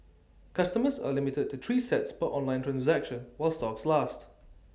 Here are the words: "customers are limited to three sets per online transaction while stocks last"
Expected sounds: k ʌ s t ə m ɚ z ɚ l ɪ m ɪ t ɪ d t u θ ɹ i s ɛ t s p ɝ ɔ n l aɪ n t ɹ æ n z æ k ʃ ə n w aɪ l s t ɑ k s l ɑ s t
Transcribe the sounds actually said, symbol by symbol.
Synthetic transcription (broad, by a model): k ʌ s t ə m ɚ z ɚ l ɪ m ɪ t ɪ d t u t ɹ i s ɛ t s b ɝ ɔ n l aɪ n t ɹ æ n z æ k ʃ ə n w aɪ l s t ɑ k s l ɑ s t